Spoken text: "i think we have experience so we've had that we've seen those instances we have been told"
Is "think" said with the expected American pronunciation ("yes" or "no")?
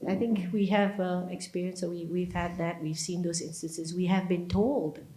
yes